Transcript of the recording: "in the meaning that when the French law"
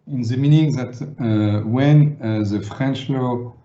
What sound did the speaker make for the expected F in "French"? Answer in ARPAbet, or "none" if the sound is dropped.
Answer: F